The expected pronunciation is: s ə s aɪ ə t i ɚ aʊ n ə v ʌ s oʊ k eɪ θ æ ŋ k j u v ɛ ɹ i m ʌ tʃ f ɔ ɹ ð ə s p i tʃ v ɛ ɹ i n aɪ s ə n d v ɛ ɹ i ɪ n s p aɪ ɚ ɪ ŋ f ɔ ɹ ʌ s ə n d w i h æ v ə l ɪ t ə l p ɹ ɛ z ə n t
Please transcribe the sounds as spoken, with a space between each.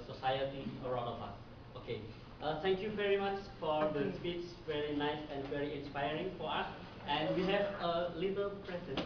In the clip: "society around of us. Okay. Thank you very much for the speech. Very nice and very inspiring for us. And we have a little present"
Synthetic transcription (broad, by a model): s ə s aɪ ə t i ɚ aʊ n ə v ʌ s oʊ k eɪ t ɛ ŋ k j u v ɛ ɹ i m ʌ tʃ f ɔ ɹ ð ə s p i s v ɛ ɹ i n aɪ s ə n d v ɛ ɹ i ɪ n s p aɪ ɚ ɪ ŋ f ɔ ɹ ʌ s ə n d w i h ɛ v ə l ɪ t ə l p ɹ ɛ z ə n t